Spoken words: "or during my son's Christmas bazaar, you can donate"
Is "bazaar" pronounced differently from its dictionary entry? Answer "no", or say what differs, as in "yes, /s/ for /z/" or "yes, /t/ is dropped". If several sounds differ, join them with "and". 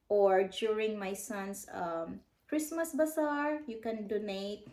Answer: yes, /s/ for /z/